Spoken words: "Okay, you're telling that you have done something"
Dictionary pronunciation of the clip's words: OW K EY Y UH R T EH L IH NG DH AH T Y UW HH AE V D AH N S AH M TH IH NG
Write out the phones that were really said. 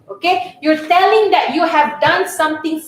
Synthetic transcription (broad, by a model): OW K EY Y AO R T EH L IH NG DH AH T Y UW HH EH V D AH N S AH M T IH NG